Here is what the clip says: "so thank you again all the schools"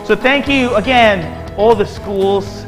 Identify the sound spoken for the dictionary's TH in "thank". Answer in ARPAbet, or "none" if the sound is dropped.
TH